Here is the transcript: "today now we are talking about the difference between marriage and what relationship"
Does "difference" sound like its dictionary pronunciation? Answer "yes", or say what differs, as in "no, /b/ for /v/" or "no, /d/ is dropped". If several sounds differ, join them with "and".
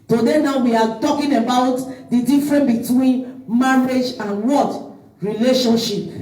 no, /s/ is dropped